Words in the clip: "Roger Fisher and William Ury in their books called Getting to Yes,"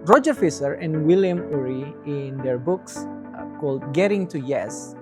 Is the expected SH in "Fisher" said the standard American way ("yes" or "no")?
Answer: no